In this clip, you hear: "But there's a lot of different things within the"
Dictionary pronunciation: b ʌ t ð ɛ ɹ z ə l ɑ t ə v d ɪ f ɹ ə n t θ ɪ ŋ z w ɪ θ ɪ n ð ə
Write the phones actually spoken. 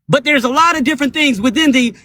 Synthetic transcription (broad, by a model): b ʌ t ð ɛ ɹ z ə l ɑ t ə v d ɪ f ɹ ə n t θ ɪ ŋ z w ɪ θ ɪ n ð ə